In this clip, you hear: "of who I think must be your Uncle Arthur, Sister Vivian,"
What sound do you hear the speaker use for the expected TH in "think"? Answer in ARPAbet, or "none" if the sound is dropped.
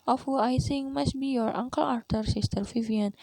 S